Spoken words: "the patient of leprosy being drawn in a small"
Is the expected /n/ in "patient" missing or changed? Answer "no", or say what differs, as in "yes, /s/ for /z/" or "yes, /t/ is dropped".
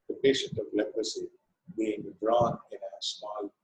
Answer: no